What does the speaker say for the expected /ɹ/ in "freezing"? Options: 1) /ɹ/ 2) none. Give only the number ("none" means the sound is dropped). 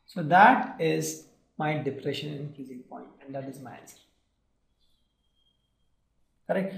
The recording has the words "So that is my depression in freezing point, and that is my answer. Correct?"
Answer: 2